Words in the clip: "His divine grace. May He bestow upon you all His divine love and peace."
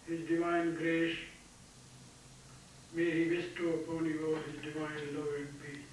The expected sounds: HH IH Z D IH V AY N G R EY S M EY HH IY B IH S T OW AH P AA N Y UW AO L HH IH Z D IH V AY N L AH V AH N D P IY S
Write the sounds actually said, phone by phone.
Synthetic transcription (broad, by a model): HH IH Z D IH V AY N G R EY SH M EY HH IY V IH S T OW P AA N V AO HH IH Z D IH V AY N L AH AH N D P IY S